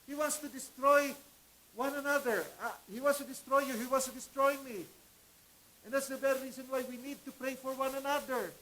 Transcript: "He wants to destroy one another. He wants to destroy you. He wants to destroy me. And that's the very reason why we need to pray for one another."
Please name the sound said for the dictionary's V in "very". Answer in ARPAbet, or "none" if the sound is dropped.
B